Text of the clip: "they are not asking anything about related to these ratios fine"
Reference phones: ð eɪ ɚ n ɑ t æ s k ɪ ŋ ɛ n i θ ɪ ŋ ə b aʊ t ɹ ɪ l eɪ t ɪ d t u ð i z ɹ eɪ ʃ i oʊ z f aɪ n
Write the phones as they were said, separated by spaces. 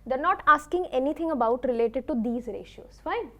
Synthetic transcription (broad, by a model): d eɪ ɚ n ɑ t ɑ s k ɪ ŋ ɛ n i t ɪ ŋ ə b aʊ t ɹ ɪ l eɪ t ɪ d t u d i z ɹ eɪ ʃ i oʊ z f aɪ n